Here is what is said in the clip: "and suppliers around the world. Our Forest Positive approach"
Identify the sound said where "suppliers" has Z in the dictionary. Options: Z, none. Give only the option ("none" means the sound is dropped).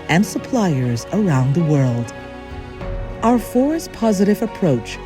Z